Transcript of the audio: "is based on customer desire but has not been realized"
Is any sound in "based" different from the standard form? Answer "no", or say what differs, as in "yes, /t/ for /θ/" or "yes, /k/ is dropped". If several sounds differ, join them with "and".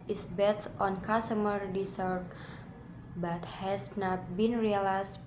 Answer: yes, /s/ is dropped